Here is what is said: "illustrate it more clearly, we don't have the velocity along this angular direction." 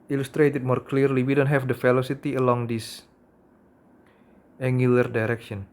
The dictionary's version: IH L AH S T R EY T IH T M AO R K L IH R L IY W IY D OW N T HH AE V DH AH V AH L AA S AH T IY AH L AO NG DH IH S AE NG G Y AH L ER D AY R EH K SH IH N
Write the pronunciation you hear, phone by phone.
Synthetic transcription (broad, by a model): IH L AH S T R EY T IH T M AO R K L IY R L IY W IY D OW N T HH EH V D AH F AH L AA S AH T IY AH L AO NG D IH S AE NG G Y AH L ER D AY R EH K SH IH N